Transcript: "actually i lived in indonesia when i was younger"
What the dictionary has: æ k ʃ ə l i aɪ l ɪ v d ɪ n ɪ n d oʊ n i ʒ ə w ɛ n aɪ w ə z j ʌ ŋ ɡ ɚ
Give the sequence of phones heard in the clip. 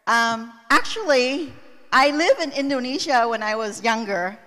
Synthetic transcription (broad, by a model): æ k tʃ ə l i aɪ l ɪ v ɪ n ɪ n d oʊ n i ʒ ə w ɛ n aɪ w ə z j ʌ ŋ ɡ ɚ